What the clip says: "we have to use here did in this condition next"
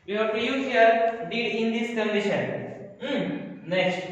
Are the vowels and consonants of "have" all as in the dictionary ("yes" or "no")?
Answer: no